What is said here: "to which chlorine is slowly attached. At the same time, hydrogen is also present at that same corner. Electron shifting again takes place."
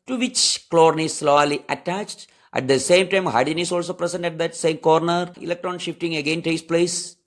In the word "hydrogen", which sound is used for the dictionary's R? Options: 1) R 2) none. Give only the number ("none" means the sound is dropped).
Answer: 2